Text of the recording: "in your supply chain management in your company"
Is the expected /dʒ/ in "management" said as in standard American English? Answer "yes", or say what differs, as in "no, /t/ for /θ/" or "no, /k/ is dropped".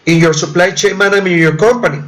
no, /dʒ/ is dropped